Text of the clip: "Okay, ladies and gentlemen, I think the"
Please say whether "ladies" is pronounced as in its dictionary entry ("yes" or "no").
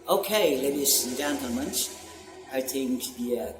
no